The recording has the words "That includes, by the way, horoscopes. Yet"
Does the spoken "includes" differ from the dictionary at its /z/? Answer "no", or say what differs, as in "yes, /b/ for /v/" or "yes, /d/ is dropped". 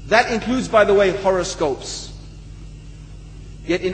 no